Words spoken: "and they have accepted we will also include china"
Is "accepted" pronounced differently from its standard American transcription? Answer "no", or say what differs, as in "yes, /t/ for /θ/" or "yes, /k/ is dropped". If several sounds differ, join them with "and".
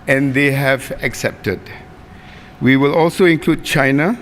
no